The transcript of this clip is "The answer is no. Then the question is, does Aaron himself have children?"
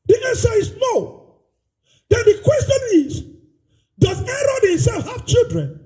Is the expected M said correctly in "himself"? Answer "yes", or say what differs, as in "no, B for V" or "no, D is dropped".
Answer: no, M is dropped